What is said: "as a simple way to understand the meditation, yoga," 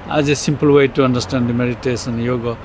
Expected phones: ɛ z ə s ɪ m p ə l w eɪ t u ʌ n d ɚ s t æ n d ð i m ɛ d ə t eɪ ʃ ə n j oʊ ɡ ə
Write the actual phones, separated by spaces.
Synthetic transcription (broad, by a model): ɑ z ə s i m p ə l w eɪ t u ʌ n d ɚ s t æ n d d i m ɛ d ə t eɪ s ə n j oʊ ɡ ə